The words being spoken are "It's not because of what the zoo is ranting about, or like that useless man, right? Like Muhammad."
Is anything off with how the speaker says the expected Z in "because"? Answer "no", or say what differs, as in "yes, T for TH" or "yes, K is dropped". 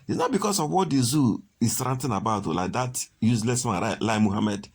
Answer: yes, S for Z